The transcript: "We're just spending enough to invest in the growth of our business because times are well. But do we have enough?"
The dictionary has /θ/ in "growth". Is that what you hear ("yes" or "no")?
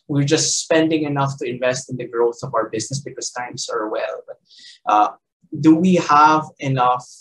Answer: yes